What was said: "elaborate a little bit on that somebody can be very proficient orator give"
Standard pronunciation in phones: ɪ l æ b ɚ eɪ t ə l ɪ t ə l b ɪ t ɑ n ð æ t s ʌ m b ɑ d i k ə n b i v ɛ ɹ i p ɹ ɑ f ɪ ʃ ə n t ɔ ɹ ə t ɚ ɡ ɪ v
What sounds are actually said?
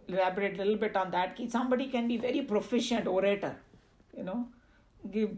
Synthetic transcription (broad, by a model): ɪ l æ b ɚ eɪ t l ɪ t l b ɪ t ɑ n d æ t s ʌ m b ɑ d i k ə n b i v ɛ ɹ i p ɹ ɑ f ɪ ʃ ə n t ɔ ɹ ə t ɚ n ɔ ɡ